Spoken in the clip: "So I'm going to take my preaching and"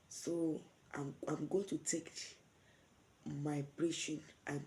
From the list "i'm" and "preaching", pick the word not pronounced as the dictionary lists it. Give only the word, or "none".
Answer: preaching